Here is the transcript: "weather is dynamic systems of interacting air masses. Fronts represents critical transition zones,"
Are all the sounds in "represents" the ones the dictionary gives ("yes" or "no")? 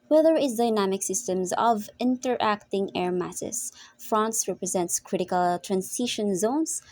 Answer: yes